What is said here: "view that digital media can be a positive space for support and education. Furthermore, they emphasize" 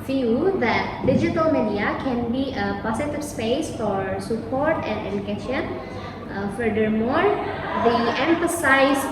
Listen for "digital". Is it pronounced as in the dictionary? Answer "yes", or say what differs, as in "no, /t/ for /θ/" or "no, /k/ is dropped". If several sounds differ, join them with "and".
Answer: yes